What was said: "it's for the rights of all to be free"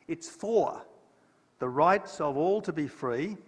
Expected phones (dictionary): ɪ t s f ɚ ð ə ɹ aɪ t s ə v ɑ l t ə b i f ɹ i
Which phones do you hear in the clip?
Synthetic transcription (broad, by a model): ɪ t s f ɚ ð ə ɹ aɪ t s ə v ɑ l t ə b i f ɹ i